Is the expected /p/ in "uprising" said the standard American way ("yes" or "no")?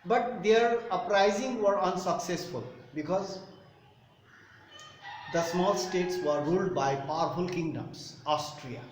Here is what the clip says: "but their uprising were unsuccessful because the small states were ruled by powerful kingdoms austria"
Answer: yes